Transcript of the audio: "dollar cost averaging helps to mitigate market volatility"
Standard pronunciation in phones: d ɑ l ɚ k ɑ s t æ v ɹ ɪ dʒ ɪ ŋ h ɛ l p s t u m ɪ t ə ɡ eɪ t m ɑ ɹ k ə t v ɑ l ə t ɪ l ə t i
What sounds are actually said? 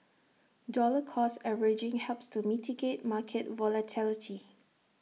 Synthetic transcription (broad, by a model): d ɑ l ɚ k ɑ s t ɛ ɹ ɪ dʒ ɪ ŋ h ɛ l p s t u m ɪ t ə ɡ eɪ t m ɑ k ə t v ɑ l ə t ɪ l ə t i